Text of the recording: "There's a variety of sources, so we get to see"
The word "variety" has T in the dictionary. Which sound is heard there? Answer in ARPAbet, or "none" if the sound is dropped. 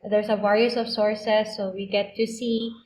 S